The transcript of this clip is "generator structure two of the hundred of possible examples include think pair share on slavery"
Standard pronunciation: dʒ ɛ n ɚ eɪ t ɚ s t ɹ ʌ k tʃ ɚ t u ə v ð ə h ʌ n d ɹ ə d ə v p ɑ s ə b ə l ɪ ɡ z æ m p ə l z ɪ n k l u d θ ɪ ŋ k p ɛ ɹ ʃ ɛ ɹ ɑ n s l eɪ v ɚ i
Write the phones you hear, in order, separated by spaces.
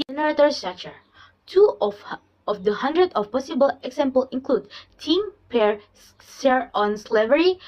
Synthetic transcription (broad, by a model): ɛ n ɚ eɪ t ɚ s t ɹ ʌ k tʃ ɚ t u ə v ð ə h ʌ n d ɹ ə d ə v p ɑ s ə b ə l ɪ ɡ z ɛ m p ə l ɪ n k l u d t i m p ɛ ɹ s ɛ ɹ ɑ n s l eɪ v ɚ i